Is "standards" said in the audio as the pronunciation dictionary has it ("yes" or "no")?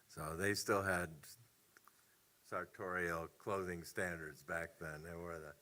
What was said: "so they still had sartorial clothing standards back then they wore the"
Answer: yes